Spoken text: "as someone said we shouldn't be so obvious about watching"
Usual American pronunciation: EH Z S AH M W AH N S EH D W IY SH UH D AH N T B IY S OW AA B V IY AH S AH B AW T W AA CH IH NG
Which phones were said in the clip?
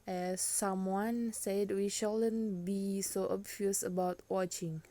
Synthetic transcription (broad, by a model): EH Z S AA M W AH N S EH D W IY SH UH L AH N B IY S OW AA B F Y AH S AH B AW T W AA CH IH NG